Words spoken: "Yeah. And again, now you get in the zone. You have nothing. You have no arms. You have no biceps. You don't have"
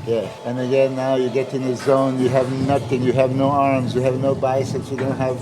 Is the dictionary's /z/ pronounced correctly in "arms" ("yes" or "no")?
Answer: yes